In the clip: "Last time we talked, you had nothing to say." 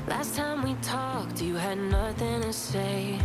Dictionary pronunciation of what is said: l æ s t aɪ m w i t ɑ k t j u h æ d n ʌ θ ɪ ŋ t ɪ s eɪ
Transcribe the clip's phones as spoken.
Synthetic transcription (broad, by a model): l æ s t aɪ m w i t ɑ k t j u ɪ d n ʌ θ ɪ ŋ t ɪ s eɪ